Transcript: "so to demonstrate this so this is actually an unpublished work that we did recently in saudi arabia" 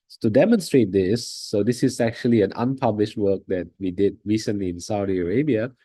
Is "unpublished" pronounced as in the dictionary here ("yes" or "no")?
yes